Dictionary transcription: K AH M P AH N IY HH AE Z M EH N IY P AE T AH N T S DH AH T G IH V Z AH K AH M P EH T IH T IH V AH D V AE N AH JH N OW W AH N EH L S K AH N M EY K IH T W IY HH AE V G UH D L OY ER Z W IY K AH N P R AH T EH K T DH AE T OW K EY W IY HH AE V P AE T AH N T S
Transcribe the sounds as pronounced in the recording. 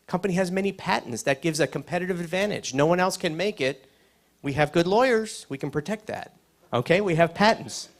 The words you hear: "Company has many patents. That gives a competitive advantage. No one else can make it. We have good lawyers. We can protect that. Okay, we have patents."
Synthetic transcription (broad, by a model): K AH M P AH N IY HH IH Z M EH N IY P AE T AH N T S DH AH T G IH V Z AH K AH M P EH T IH T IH V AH D V AE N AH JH N OW W AH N EH L S K AH N M EY K IH T W IY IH V G UH D L OY ER Z W IY K N P R AH T EH K T DH AE T OW K EY W IY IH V P AE T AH N T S